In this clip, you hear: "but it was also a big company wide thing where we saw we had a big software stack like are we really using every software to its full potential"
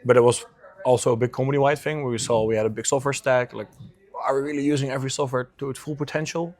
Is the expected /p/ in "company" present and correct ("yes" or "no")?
no